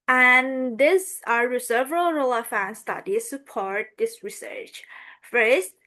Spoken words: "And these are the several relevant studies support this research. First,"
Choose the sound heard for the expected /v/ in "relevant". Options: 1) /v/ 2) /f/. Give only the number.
2